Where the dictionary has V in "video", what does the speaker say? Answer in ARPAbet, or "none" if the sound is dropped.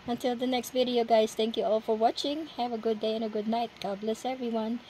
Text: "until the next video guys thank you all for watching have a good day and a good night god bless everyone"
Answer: V